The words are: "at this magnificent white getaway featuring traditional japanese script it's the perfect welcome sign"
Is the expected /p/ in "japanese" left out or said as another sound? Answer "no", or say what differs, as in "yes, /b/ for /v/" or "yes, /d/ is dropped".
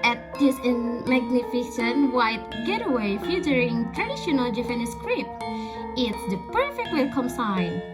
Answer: yes, /f/ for /p/